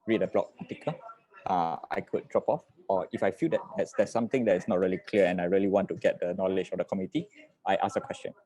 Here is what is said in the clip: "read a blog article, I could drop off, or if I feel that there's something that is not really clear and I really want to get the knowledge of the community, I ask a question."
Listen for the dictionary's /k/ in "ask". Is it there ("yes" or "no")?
no